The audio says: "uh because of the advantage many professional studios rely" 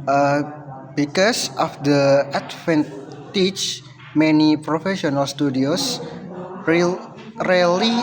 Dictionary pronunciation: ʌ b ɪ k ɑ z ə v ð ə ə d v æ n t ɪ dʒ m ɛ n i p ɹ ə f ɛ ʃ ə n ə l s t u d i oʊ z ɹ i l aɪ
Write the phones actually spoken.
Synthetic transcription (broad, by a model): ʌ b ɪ k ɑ s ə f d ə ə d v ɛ n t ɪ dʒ m ɛ n i p ɹ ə f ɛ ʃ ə n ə l s t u d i oʊ s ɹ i l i